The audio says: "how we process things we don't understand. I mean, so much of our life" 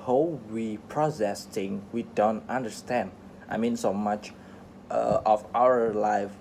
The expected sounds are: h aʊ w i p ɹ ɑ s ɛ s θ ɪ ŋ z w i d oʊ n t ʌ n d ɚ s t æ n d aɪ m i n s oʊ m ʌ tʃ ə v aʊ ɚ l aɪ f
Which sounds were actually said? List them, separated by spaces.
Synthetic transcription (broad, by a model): h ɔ w i p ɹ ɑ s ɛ s t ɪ ŋ w i d oʊ n t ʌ n d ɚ s t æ n d aɪ m i n s oʊ m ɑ tʃ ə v aʊ ɚ l aɪ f